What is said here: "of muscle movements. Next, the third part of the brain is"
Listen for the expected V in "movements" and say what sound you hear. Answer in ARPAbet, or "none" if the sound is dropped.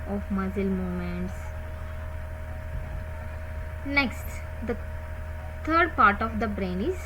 none